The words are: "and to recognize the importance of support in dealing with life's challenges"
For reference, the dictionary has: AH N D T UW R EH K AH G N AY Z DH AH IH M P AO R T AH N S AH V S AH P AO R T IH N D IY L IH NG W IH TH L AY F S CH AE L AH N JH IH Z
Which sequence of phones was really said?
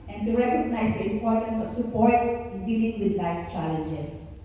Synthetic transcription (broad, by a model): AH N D T UW R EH K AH G N AY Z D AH IH M P AO R T AH N S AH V S AH P AO R T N D IY L IH NG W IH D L AY S CH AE L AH N JH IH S